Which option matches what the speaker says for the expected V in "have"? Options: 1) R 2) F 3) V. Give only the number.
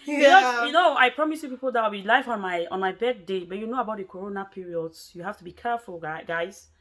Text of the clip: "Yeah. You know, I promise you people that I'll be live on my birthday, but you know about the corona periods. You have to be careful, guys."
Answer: 2